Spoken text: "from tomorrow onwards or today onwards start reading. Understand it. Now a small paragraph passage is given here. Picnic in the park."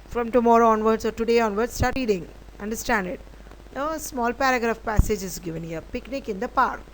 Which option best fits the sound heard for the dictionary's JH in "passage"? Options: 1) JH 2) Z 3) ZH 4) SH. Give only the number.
1